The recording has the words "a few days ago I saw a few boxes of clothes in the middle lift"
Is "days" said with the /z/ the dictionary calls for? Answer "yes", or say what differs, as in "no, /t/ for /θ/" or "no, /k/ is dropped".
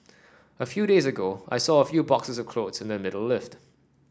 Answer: yes